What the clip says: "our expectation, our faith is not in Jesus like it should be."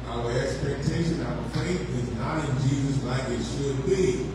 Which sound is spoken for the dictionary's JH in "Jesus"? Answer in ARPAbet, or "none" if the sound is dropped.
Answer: JH